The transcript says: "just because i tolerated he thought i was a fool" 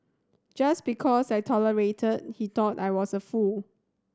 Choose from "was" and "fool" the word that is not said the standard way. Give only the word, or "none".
was